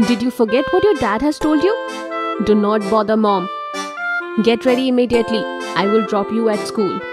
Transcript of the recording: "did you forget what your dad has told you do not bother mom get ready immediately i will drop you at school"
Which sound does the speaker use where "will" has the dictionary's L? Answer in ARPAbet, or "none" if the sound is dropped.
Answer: L